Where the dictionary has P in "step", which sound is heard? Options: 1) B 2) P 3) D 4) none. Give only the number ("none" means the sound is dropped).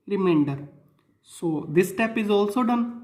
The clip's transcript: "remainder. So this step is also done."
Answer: 2